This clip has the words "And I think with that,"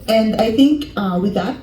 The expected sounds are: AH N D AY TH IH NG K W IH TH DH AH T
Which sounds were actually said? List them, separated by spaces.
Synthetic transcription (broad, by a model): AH N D AY TH IH NG K W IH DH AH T